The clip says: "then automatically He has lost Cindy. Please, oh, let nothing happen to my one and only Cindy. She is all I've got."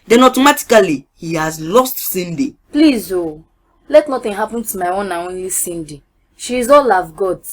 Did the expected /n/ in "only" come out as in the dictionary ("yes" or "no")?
yes